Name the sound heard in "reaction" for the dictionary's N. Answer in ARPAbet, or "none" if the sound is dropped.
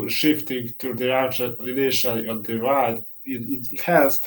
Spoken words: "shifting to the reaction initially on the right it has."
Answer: none